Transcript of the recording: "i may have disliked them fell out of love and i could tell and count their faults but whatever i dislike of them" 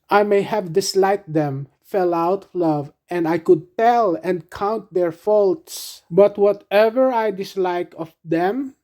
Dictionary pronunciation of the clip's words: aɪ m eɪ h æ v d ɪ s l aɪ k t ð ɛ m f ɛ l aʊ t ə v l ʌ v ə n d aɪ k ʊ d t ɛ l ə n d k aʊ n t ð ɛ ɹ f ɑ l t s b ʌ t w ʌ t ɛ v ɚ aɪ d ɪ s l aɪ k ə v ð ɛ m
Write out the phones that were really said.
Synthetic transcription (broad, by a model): aɪ m eɪ h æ v d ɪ s l aɪ k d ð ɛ m f ɛ l aʊ t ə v l ʌ v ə n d aɪ k ʊ d t ɛ l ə n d k aʊ n t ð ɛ ɹ f ɑ l t s b ʌ t w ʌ t ɛ v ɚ aɪ d ɪ s l aɪ k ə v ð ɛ m